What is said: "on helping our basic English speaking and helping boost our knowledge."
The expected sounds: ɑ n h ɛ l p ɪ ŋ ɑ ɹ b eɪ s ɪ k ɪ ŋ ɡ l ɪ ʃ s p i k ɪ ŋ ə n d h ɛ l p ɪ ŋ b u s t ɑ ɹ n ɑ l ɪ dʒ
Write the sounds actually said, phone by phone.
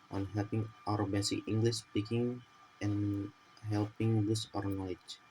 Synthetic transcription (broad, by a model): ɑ n h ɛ l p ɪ ŋ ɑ ɹ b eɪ s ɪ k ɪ ŋ ɡ l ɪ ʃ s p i k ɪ ŋ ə n h ɛ l p ɪ ŋ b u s ɑ ɹ n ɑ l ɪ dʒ